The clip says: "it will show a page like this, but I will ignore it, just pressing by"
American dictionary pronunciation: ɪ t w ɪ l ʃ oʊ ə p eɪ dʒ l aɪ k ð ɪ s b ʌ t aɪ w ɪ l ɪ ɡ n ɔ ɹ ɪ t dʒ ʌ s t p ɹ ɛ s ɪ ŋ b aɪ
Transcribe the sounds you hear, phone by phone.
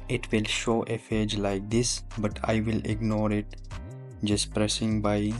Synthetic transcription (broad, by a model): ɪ t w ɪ l ʃ oʊ ə f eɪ dʒ l aɪ k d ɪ s b ʌ t aɪ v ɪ l ɪ ɡ n ɔ ɹ ɪ t dʒ ʌ s t p ɹ ɛ s ɪ ŋ b aɪ